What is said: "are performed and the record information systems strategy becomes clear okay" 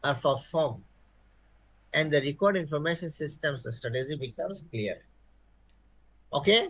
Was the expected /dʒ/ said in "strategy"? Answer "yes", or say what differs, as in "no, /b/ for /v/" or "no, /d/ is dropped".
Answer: no, /z/ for /dʒ/